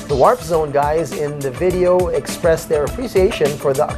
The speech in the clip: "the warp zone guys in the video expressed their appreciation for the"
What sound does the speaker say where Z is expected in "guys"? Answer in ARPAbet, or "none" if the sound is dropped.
Z